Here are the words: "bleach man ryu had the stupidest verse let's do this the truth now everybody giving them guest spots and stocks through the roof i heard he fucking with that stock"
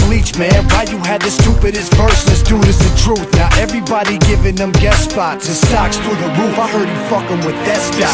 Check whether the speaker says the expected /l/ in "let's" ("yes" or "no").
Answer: no